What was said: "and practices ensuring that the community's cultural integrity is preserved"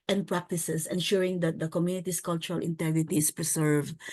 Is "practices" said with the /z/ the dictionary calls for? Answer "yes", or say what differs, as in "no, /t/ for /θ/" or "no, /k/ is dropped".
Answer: no, /s/ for /z/